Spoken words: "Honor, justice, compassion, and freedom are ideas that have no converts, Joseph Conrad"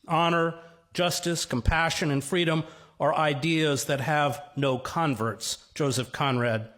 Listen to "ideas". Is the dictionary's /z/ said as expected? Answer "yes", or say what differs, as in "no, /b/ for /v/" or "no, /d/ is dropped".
yes